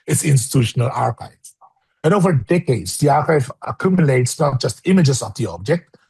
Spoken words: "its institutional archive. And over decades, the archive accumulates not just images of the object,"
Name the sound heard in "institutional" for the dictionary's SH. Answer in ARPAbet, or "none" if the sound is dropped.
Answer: SH